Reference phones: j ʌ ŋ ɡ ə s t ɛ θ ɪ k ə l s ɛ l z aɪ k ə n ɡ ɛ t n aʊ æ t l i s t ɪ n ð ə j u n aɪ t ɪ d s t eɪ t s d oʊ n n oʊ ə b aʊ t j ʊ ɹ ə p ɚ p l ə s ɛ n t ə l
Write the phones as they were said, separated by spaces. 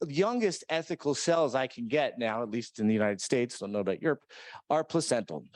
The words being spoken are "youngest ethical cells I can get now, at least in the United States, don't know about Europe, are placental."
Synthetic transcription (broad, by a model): j ʌ ŋ ɡ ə s t ɛ θ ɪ k l s ɛ l z aɪ k n ɡ ɛ t n aʊ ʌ t l i s t ɪ n ð ə j u n aɪ t ɪ d s t eɪ t s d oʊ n n oʊ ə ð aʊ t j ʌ ɹ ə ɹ p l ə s ɛ n t l